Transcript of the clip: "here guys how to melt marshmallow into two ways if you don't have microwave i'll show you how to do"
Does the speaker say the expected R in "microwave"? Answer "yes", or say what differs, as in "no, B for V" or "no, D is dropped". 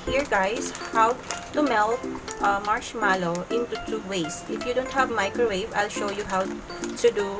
yes